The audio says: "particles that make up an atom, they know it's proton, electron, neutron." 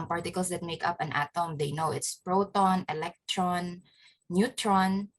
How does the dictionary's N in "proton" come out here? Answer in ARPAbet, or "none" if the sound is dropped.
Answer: N